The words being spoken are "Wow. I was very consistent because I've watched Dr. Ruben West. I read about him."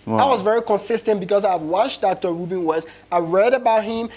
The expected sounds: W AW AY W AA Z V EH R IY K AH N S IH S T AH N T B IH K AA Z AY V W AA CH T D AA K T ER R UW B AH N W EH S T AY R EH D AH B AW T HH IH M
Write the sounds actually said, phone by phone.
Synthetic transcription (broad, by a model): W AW AY W AA Z V EH R IY K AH N S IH S T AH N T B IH K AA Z AY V W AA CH D AA K T ER R UW B AH N W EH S AY R EH D AH B AW T HH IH M